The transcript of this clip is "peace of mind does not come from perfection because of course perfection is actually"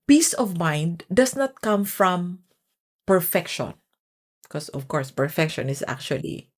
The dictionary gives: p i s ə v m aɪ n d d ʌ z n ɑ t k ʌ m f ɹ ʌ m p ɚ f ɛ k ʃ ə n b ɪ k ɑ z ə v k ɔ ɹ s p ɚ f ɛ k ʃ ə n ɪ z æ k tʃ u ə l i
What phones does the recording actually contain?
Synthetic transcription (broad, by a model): p i s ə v m aɪ n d d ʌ s n ɑ t k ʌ m f ɹ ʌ m p ɚ f ɛ k ʃ ə n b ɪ k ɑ s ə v k ɔ ɹ s p ɚ f ɛ k ʃ ə n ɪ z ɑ k tʃ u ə l i